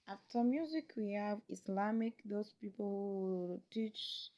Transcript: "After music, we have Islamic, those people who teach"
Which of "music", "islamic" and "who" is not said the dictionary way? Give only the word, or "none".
islamic